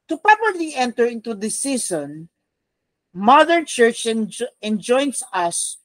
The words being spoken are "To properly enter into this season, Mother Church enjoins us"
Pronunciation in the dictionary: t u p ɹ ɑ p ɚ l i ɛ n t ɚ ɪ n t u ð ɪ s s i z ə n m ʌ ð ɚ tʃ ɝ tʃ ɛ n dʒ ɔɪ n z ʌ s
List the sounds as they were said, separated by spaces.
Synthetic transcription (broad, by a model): t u p ɹ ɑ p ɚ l i ɛ n t ɚ ɪ n t u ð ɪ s s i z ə n m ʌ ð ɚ tʃ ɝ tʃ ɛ n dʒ ɔɪ n s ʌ s